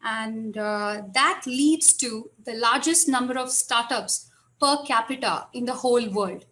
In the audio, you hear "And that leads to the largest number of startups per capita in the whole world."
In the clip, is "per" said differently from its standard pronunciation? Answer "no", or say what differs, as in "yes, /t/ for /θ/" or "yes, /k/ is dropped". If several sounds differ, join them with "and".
no